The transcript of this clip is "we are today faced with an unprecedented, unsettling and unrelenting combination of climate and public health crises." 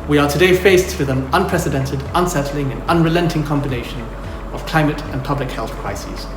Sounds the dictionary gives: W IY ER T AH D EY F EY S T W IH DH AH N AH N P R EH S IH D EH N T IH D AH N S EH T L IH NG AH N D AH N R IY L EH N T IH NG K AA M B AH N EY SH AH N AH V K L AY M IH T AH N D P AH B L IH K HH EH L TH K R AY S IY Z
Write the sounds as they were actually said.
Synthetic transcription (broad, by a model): W IY ER T AH D EY F EY S T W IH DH AH N AH N P R EH S IH D EH N T IH D AH N S EH T L IH NG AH N AH N R IY L EH N T IH NG K AA M B AH N EY SH AH N AH V K L AY M IH T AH N P AH B L IH K HH EH L TH K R AY S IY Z